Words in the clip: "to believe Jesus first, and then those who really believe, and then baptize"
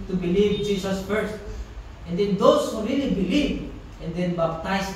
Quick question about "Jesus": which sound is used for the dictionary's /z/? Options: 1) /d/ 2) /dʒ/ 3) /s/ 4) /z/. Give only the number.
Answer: 3